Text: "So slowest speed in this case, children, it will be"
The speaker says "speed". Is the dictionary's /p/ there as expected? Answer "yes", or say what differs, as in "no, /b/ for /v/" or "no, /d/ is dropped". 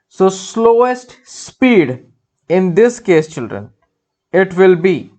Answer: yes